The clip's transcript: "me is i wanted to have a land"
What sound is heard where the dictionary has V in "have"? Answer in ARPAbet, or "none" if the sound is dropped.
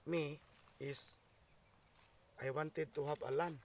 B